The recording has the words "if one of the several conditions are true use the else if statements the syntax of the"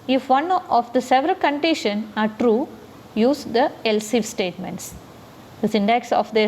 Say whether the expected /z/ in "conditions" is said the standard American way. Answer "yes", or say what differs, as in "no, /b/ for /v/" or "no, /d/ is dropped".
no, /z/ is dropped